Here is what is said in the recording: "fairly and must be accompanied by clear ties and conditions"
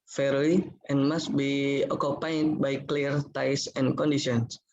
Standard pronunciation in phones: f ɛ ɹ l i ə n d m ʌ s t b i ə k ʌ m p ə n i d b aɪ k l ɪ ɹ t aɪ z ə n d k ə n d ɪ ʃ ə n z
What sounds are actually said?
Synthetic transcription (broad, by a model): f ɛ ɹ l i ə n m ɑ s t b i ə k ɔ p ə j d b aɪ k l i ɹ t aɪ s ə n k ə n d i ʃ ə n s